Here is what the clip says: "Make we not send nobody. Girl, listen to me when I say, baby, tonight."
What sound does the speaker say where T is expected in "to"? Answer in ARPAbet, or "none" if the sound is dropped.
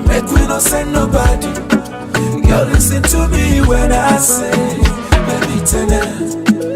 T